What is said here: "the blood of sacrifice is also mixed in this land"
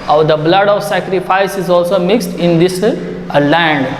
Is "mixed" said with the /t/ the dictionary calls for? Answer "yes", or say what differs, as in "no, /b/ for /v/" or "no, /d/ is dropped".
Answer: yes